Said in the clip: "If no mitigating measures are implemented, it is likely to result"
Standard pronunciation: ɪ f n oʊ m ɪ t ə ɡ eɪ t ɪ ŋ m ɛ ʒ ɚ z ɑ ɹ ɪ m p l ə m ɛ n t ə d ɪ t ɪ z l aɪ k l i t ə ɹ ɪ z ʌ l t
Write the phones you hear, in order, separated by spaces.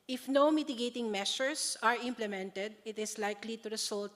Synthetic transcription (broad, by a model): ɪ f n oʊ m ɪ t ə ɡ eɪ t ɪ ŋ m ɛ ʃ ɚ s ɑ ɹ ɪ m p l ə m ɛ n t ə d ɪ t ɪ s l aɪ k l i t ə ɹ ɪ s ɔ l t